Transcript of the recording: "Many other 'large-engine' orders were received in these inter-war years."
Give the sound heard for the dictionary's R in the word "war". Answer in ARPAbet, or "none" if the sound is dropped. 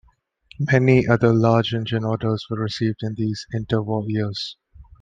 L